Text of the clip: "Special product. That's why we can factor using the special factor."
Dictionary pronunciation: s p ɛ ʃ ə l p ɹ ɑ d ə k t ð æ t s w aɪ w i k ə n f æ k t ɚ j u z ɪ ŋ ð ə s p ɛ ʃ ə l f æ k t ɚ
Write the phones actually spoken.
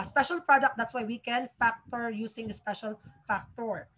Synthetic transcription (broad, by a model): s p ɛ ʃ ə l p ɹ ɑ d ə k t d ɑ t s w aɪ w i k ə n f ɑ k t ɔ j u s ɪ ŋ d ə s p ɛ ʃ ə l f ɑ k t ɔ